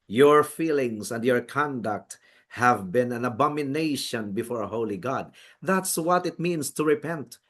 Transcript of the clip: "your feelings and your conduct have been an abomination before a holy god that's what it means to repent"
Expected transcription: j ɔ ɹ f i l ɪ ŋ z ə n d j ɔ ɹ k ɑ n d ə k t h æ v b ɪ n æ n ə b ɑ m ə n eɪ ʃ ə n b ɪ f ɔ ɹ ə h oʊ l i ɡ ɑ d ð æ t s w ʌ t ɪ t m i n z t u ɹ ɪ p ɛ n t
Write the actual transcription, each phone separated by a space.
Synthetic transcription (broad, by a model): j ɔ ɹ f i l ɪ ŋ s ə n d j ɔ ɹ k ɑ n d ə k t h æ v b ɪ n æ n ə b ɑ m ə n eɪ ʃ ə n b ɪ f ɔ ɹ ə h oʊ l i ɡ ɑ d ð æ t s w ʌ t ɪ t m i n s t u ɹ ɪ p ɛ n t